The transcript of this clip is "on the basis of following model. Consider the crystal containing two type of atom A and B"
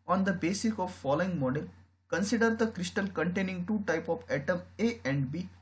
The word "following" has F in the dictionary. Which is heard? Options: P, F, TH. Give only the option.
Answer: F